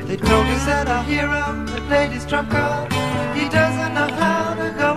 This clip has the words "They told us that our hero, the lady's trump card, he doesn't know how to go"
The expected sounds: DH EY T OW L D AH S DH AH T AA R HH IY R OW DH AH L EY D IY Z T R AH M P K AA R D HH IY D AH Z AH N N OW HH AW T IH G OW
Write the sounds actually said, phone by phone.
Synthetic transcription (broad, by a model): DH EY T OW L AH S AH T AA HH IY R OW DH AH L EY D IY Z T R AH P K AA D HH IY D AH Z AH N N OW HH AW T IH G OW